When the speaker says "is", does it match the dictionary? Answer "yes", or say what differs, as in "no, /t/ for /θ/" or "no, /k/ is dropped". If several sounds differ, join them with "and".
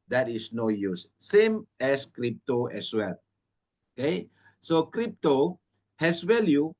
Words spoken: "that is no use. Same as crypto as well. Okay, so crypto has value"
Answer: no, /s/ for /z/